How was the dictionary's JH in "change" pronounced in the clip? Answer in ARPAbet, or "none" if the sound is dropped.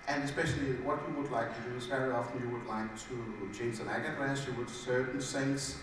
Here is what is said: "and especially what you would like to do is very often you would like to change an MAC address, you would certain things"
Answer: Z